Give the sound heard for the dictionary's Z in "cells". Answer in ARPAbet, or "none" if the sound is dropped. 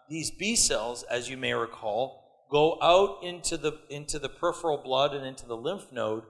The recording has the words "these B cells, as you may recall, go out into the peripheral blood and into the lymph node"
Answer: Z